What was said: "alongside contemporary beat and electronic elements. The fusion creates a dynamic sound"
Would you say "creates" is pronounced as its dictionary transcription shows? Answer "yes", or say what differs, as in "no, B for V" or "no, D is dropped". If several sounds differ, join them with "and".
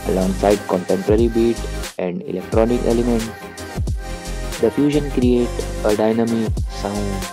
no, S is dropped